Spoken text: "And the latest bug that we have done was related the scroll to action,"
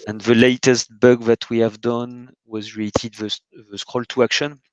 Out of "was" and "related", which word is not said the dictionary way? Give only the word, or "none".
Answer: related